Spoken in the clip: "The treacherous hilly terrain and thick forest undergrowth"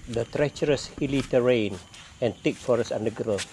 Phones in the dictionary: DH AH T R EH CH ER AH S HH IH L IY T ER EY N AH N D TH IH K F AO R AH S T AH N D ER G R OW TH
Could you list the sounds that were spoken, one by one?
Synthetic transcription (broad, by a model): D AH T R EH CH ER AH S HH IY L IY T ER EY N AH N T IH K F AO R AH S AH N D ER G R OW